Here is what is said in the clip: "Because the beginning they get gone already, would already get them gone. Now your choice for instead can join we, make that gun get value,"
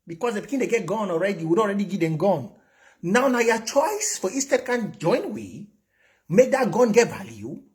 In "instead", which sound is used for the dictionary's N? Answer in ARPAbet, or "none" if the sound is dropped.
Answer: none